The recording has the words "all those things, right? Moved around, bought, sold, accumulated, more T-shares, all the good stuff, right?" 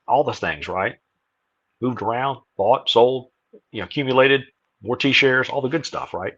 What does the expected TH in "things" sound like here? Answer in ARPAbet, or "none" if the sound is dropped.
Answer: TH